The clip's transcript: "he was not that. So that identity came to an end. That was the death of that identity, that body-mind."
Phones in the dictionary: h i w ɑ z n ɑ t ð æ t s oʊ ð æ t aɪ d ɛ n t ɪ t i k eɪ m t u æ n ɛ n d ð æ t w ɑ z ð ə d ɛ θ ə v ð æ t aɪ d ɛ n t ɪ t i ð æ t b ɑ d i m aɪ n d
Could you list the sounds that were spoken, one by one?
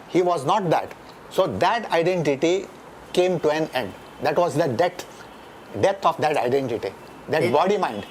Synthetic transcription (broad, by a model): h i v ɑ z n ɑ t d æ t s oʊ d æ t aɪ d ɛ n t ɪ t i k eɪ m t u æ n ɛ n d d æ t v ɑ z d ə d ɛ t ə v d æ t aɪ d ɛ n t ɪ t i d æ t b ɑ d i m aɪ n d